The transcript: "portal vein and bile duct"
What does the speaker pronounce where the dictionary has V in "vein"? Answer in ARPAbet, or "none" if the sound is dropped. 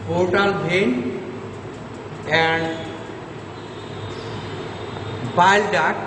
B